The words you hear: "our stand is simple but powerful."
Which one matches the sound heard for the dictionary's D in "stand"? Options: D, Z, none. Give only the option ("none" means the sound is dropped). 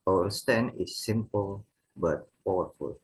none